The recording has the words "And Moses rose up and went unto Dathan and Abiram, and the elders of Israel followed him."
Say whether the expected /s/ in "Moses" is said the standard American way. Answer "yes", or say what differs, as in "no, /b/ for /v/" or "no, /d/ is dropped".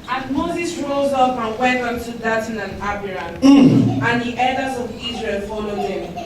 yes